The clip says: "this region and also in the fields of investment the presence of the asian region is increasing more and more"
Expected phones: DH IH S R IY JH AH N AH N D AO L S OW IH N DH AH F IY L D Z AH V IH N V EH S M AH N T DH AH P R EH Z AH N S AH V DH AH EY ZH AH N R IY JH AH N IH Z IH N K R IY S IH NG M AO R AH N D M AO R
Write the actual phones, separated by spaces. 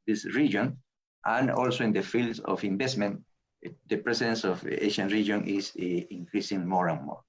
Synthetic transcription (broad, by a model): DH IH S R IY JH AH N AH N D AO L S OW IH N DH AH F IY L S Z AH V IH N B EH S M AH N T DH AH P R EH S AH N S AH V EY SH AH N R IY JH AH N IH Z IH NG K R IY S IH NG M AO R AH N M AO R